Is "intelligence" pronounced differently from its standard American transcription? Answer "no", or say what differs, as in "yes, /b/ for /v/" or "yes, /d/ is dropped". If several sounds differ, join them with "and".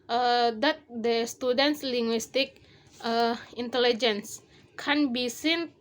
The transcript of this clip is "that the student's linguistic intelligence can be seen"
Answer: no